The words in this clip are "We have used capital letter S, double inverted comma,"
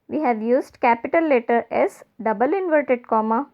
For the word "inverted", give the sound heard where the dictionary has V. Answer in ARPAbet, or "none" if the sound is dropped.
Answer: V